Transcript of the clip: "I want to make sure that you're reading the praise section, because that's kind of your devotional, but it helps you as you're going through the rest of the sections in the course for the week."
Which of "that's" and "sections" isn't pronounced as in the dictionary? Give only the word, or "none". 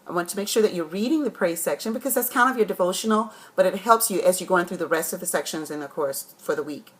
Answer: none